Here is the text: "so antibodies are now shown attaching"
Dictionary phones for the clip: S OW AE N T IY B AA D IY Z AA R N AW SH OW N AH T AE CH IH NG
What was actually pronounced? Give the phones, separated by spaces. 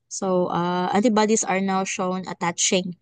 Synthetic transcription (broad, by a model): S OW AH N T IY B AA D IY S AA R N AW SH OW N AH T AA CH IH NG